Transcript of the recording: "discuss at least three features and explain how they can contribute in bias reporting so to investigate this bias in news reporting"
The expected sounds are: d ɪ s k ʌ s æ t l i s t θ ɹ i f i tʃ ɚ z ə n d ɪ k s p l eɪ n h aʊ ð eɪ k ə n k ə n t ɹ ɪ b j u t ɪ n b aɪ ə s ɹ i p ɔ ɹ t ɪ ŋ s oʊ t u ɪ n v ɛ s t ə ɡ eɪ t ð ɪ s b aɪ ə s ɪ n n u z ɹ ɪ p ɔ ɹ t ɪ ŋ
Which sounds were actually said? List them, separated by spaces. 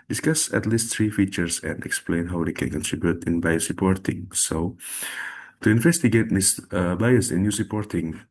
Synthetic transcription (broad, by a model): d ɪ s k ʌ s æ t l i s t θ ɹ i f i tʃ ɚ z ə n d ɪ k s p l eɪ n h aʊ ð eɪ k ə n k ə n t ɹ ɪ b j u t ɪ n b aɪ ə s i p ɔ ɹ t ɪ ŋ s oʊ t u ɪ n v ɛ s t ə ɡ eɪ t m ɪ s b aɪ ə s ɪ n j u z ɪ p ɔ ɹ t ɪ ŋ